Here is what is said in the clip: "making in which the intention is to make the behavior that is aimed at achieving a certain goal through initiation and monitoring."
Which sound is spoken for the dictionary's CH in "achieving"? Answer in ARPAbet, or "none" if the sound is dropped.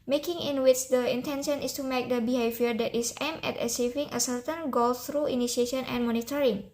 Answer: S